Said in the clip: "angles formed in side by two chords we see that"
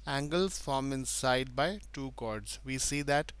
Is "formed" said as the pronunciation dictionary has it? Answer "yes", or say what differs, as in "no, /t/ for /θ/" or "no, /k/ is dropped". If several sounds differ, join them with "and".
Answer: no, /d/ is dropped